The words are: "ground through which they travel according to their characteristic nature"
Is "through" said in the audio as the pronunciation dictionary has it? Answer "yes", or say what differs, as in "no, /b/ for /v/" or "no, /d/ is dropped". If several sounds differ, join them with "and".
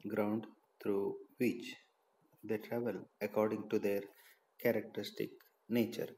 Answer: no, /t/ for /θ/